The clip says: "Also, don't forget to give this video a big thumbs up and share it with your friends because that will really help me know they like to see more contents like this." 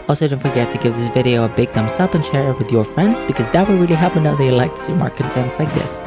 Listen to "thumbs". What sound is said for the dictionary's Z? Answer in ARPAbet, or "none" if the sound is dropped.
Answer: S